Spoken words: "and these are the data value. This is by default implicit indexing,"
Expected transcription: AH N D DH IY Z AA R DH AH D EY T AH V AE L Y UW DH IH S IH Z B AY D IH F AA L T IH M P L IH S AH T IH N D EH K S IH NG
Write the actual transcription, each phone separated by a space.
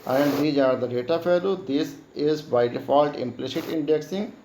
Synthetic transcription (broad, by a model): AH N D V IY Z AA R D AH D EY T AH F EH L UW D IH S IH Z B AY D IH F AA L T IH M P L IH S AH T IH N D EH K S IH NG